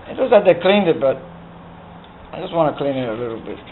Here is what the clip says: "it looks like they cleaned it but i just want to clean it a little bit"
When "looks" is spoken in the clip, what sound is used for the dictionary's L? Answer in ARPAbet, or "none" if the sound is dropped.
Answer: W